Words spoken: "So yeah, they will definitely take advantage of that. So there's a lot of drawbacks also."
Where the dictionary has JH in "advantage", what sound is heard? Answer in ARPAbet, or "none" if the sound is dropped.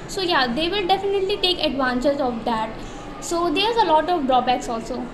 Z